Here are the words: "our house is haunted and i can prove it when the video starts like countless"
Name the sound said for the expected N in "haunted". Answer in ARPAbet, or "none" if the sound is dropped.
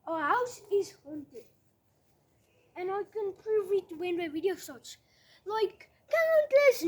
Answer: N